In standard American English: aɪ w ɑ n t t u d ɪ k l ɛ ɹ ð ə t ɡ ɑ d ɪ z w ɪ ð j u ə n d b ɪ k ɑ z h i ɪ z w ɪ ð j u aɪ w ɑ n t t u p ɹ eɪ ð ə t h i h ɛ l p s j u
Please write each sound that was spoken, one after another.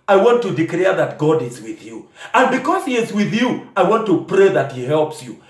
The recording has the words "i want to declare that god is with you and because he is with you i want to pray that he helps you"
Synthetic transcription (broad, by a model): aɪ w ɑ n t t u d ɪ k l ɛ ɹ ð ə t ɡ ɑ d ɪ z w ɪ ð j u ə n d b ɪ k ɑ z h i ɪ z w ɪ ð j u aɪ w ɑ n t t u p ɹ eɪ ð ə t h i h ɛ l p s j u